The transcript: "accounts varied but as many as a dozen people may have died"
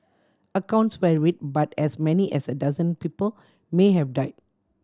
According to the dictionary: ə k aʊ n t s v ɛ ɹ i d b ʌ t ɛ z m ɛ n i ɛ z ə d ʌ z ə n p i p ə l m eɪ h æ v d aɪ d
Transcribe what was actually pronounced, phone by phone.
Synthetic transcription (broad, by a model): ə k aʊ n t s w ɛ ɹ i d b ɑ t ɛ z m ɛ n i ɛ s ə d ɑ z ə n p i p ə l m eɪ h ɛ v d aɪ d